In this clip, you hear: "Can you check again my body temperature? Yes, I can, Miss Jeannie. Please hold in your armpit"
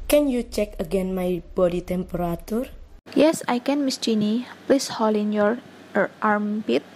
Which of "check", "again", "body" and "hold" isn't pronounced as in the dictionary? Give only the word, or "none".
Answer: hold